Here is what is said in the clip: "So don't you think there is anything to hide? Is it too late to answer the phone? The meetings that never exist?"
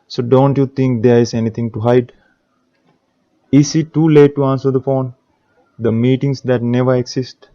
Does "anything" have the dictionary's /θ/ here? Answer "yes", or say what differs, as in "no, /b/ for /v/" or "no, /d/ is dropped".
no, /t/ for /θ/